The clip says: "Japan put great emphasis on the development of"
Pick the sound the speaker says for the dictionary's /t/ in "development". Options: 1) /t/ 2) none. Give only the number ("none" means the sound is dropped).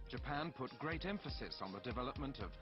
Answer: 1